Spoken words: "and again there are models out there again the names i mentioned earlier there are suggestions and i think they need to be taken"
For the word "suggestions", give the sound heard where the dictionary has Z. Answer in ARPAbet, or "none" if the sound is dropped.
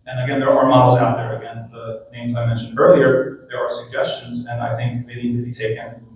Z